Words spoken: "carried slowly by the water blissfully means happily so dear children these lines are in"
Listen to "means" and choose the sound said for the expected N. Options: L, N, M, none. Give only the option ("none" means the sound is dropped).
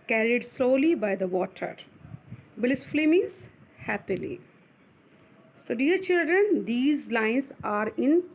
none